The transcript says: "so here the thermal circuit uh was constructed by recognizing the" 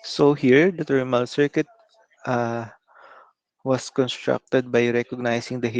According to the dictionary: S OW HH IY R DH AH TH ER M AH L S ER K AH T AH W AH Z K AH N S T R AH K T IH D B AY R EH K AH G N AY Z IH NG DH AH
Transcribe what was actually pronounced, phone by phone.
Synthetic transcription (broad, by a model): S OW HH IY R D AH T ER M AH L S ER K AH T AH W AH S K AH N S T R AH K T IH D B AY R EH K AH G N AY S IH NG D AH